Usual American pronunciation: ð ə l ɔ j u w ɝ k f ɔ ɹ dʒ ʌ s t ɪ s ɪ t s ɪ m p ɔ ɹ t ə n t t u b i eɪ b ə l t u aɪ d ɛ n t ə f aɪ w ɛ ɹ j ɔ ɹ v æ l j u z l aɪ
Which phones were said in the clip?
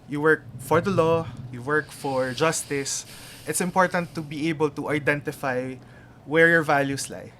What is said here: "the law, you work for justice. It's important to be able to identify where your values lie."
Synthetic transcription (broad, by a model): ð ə l ɔ j u w ɝ k f ɔ ɹ dʒ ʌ s t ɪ s ɪ t s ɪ m p ɔ ɹ t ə n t t u b i eɪ b ə l t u aɪ d ɛ n t ə f aɪ w ɛ ɹ j ɔ ɹ v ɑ l j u s l aɪ